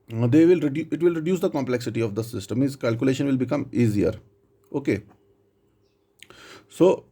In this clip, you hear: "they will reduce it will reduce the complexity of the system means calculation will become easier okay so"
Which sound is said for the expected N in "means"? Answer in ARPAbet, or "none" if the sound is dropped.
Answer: none